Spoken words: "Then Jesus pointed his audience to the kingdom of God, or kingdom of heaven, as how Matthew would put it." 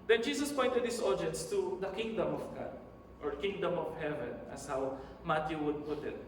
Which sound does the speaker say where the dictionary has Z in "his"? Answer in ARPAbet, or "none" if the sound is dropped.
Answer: S